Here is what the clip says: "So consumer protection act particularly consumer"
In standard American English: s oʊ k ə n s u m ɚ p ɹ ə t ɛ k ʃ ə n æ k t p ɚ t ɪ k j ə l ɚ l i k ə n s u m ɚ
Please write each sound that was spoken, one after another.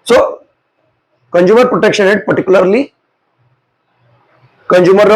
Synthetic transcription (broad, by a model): s oʊ k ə n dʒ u m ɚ p ɹ ə t ɛ k ʃ ə n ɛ t p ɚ t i k j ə l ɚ l i k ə n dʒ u m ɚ